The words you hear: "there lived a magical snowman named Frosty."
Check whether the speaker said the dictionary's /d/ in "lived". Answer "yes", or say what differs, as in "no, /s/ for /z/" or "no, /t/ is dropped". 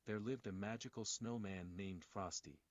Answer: yes